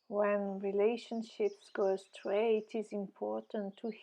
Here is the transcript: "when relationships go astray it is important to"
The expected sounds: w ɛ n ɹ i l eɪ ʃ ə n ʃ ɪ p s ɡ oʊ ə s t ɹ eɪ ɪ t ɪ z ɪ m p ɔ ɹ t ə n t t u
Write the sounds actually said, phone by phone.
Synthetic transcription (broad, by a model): w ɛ n ɹ i l eɪ ʃ ə n ʃ ɪ p s ɡ oʊ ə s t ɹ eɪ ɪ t ɪ z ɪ m p ɔ ɹ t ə n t t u